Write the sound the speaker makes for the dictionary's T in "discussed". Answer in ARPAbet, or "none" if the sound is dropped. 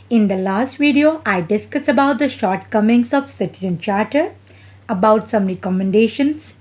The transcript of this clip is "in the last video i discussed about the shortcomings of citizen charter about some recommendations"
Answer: none